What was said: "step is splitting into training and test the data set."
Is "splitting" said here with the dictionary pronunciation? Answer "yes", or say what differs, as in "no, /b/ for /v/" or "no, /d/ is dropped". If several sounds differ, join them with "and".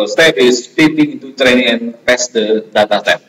no, /l/ is dropped